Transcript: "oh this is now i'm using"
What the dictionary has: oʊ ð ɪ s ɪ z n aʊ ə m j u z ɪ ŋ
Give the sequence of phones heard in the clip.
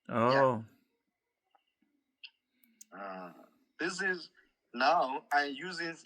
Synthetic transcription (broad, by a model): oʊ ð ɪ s ɪ z n aʊ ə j j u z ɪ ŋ